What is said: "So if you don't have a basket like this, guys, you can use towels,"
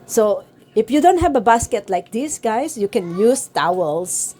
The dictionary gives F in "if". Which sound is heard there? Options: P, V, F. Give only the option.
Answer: F